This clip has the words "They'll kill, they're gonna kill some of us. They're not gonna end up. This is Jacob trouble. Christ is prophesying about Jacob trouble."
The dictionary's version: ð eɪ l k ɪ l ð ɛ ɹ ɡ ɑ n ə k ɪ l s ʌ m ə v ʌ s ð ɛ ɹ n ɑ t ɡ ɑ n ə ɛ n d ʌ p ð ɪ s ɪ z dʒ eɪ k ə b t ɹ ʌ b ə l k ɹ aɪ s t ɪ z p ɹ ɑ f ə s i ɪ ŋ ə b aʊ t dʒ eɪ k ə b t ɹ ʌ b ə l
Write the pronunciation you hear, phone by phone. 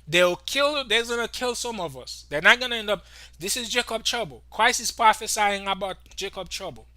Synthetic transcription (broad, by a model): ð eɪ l k ɪ l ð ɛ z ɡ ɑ n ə k ɪ l s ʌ m ə v ʌ s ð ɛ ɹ n ɑ t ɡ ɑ n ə ɛ n d ʌ p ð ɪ s ɪ z dʒ eɪ k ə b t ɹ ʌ b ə l k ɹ aɪ s ɪ s p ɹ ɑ f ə s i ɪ ŋ ə b aʊ t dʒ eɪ k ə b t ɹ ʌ b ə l